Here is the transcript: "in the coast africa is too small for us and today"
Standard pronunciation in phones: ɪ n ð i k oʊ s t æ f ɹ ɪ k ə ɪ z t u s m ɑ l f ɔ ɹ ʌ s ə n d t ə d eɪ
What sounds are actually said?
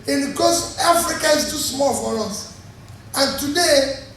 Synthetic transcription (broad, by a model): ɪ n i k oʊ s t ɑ f ɹ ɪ k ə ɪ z t u s m ɑ l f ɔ l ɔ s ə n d t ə d eɪ